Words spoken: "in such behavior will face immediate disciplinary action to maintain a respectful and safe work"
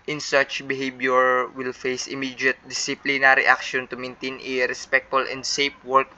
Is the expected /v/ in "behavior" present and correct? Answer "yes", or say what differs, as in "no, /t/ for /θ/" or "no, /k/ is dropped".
no, /b/ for /v/